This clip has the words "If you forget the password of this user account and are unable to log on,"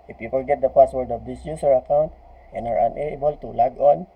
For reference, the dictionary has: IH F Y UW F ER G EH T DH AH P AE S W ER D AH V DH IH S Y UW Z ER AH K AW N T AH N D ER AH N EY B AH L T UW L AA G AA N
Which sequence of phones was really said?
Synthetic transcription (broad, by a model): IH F Y UW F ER G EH T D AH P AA S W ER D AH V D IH S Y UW S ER AH K AW N T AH N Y ER AH N EY B AH L T UW L AA G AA N